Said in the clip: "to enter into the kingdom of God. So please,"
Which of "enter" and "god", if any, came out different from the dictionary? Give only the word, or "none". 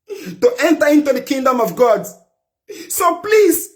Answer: none